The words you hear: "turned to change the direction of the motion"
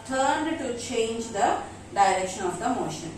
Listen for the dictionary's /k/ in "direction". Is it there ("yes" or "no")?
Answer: yes